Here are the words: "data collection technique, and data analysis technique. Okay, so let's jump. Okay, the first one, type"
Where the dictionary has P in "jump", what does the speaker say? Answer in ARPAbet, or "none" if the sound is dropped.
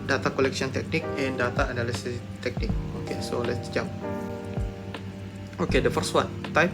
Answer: none